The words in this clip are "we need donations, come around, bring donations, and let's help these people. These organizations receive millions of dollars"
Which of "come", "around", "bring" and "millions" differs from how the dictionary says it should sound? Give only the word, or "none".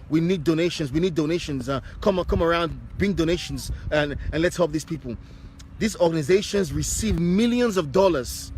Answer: none